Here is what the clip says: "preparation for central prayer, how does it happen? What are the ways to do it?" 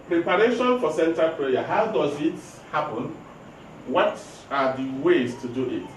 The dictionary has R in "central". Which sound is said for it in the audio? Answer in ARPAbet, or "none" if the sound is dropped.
none